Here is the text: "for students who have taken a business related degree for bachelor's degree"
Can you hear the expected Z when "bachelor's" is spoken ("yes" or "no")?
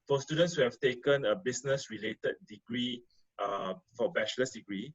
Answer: no